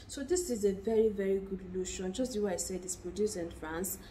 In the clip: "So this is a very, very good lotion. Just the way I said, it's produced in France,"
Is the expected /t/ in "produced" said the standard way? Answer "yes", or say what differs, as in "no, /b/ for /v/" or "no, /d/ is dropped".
no, /t/ is dropped